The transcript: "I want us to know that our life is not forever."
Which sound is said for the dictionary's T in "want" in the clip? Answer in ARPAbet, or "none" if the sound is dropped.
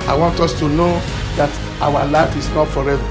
T